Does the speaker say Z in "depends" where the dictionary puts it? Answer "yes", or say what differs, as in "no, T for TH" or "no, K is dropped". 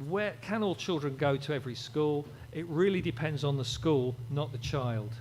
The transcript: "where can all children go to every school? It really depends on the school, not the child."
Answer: yes